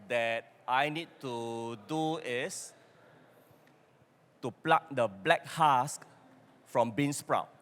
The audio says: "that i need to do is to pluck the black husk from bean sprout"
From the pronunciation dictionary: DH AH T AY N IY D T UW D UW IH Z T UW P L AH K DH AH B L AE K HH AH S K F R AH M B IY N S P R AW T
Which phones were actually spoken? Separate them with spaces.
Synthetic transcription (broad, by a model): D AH T AY N IY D T UW D UW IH S T UW P L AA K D AH B L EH K HH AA S K F R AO M B IY N S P R AW